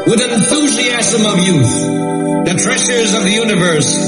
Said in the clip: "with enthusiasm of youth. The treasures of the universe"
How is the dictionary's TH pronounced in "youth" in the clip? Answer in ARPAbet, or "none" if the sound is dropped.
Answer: TH